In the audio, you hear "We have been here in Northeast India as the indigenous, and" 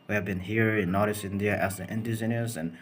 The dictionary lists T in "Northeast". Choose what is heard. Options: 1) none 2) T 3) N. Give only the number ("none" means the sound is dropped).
1